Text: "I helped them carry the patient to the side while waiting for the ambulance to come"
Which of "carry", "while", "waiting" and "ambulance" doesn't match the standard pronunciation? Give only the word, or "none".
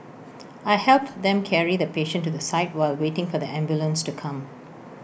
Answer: none